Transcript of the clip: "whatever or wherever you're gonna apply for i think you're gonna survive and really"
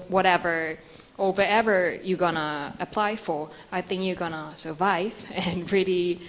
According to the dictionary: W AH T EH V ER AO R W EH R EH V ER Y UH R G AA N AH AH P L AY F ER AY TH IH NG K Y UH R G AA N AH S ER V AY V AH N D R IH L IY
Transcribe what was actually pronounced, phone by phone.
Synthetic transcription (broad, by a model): W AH T EH V ER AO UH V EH R EH V ER Y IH G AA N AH AH P L AY F ER AY TH IH NG K Y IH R G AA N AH S ER V AY V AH N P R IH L IY